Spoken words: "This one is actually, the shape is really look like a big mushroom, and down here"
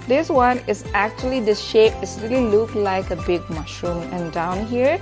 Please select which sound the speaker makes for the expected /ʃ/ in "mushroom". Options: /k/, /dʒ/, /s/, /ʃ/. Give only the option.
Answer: /ʃ/